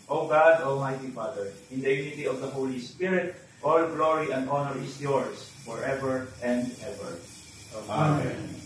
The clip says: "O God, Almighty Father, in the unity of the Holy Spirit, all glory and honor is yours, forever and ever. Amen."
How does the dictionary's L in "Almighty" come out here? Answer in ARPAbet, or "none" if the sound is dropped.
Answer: L